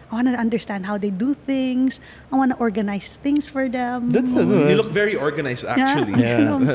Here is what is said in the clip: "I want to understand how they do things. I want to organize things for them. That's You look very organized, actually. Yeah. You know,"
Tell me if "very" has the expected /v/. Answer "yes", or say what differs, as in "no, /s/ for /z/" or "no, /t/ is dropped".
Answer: yes